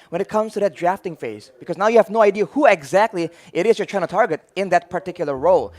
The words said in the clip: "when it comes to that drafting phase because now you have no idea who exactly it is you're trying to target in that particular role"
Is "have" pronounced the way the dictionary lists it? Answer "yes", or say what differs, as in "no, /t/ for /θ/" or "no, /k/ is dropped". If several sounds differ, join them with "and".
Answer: yes